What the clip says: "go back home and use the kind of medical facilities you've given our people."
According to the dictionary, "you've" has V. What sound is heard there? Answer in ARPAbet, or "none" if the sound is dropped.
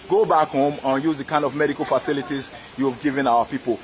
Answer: V